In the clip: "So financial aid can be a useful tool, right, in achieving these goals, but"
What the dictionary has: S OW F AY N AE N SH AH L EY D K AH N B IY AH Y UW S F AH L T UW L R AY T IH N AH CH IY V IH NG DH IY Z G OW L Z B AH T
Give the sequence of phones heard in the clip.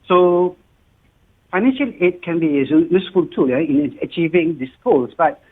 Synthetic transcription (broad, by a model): S OW F AY N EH N SH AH L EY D K AH N B IY AH Y UW S F AH L T UW L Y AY IH N AH CH IY V IH NG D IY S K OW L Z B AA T